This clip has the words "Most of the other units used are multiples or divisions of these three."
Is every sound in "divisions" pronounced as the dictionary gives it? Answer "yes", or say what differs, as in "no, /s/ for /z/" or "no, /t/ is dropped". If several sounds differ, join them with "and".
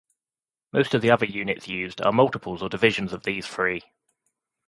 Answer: yes